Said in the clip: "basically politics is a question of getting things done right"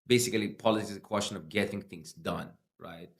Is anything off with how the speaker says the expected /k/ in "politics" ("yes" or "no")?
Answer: yes